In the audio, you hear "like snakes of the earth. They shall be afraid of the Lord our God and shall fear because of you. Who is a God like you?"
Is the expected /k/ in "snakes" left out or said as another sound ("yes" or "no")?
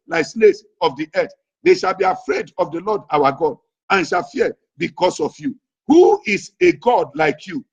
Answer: yes